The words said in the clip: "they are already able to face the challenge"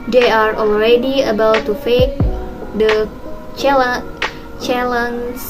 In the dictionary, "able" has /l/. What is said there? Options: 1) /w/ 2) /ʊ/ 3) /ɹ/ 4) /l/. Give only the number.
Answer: 1